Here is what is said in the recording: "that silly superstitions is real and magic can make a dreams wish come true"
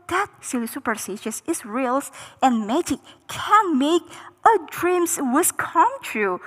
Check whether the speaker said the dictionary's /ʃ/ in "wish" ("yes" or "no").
no